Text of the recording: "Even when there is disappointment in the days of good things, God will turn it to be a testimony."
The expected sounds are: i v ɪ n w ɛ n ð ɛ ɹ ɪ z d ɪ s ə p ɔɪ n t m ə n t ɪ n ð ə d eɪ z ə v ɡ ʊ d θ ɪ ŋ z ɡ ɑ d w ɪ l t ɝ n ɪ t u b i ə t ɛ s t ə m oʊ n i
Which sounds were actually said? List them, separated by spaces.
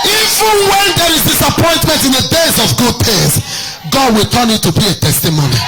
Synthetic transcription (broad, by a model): i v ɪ n w ɛ n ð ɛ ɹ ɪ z d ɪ s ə p ɔɪ n t m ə n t ɪ n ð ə d eɪ z ə v ɡ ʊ d t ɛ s ɡ ɑ d w ɪ l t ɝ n ɪ t u b i ə t ɛ s t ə m oʊ n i